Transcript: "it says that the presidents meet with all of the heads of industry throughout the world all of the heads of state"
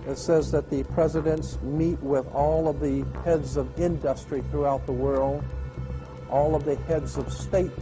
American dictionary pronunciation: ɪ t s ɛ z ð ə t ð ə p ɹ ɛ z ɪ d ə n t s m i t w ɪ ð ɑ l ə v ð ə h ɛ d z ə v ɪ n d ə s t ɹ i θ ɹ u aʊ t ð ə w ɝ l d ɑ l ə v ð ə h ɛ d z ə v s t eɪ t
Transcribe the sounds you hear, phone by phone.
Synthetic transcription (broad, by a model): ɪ t s ɛ z ð ə t ð ə p ɹ ɛ z ɪ d ə n t s m i t w ɪ ð ɑ l ə v ð ə h ɛ d z ə v ɪ n d ə s t ɹ i θ ɹ u aʊ t ð ə w ɝ l d ɑ l ə v ð ə h ɛ d z ə v s t eɪ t